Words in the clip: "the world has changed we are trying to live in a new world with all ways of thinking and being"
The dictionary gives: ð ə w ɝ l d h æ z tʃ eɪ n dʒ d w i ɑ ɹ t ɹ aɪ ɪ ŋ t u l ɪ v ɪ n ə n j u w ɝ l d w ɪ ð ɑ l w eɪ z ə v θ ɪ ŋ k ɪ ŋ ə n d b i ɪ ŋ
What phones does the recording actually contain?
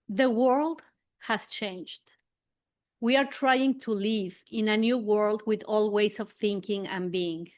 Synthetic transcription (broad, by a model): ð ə w ɝ l d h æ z tʃ eɪ n dʒ d w i ɑ ɹ t ɹ aɪ ɪ ŋ t u l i v ɪ n ə n j u w ɝ l d w ɪ ð ɑ l w eɪ s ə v θ ɪ ŋ k ɪ ŋ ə n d b i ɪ ŋ